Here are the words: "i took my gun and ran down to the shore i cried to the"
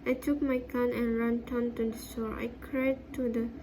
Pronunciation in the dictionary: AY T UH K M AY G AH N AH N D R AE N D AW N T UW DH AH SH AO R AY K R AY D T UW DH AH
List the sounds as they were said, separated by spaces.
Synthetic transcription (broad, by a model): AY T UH K M AY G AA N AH N R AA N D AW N T UW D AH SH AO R AY K R AY D T UW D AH